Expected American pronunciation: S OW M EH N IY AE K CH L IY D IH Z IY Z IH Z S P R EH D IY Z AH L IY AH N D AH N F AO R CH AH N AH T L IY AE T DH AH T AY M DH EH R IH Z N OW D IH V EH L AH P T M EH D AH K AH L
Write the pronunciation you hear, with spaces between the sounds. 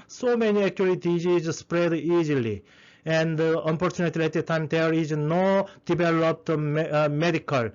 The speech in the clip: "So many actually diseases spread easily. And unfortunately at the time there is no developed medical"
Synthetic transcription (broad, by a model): S OW M EH N IY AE K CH IY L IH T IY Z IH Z S P R EH D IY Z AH L IY AH N D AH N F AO R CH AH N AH T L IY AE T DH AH T AY M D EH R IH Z N OW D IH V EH L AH P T M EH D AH K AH L